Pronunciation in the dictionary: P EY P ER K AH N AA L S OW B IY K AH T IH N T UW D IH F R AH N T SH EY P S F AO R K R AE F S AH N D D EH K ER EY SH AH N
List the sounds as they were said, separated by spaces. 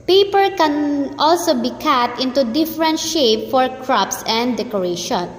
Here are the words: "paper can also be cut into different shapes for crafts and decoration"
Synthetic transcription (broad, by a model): P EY P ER K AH N AA L S OW B IY K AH T IH N T UW D IH F R AH N T SH EY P F AO R K R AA P S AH N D D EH K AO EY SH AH N